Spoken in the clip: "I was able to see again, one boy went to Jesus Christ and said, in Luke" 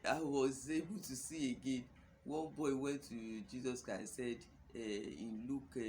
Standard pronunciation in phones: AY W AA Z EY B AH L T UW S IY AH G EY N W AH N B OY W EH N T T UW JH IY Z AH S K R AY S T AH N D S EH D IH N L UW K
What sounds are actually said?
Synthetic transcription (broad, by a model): AY W AA Z EY B AH L T UW S IY AH G EY N W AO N B OY W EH N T T UW JH IY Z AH S K R AY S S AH D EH IH N L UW K